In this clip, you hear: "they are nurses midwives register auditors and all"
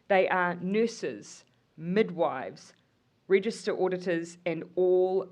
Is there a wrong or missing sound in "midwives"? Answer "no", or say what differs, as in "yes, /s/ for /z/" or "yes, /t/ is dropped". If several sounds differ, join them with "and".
no